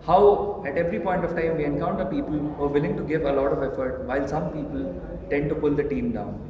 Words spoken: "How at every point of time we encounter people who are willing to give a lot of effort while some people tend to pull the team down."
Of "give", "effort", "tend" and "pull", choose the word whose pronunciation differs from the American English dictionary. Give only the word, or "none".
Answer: none